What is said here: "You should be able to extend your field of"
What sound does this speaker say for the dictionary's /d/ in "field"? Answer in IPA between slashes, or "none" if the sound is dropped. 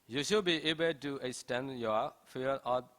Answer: none